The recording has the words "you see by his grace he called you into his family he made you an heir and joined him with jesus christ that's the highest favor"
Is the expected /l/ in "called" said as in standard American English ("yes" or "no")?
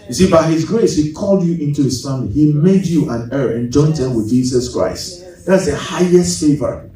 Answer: yes